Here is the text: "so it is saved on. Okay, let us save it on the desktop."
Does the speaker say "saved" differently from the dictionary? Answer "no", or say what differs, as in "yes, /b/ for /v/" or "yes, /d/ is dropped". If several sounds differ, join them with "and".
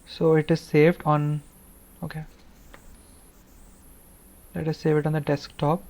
no